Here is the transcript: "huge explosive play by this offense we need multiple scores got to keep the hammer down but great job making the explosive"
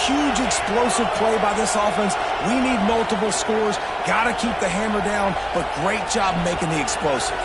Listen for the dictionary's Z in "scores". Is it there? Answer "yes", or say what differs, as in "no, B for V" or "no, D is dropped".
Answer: yes